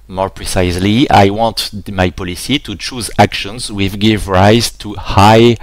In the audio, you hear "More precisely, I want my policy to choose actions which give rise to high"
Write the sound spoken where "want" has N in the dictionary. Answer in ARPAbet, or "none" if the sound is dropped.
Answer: N